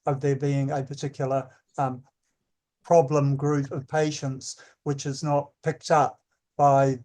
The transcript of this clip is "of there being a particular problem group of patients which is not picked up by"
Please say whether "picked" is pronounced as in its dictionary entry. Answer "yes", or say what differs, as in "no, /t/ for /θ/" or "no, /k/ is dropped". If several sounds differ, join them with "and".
yes